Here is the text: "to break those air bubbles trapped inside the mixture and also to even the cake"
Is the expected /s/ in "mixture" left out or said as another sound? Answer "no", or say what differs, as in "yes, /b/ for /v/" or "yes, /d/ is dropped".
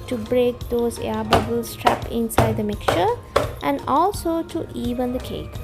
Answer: yes, /s/ is dropped